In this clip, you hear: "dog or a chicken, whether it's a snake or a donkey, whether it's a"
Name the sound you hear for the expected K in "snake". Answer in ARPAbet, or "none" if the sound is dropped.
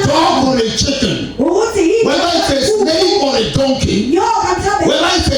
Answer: none